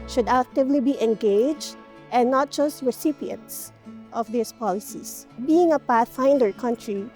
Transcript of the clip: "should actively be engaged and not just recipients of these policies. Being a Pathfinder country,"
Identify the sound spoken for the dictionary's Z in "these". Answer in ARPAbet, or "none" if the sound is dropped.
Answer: S